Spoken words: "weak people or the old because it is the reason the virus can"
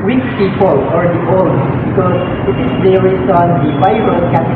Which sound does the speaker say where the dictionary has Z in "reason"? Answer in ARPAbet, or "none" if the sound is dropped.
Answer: S